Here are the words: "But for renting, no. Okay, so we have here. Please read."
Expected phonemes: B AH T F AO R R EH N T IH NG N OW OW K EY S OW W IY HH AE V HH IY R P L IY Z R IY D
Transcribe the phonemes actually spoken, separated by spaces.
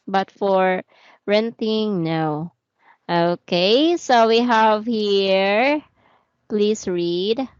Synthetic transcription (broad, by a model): B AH T F AO R R EH N T IH NG N OW OW K EY S OW W IY HH AE V HH IY R P L IY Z R IY D